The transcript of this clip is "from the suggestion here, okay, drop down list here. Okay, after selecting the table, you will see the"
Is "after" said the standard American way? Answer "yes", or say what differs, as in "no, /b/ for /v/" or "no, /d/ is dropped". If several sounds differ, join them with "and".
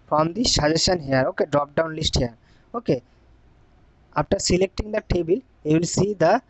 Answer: no, /p/ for /f/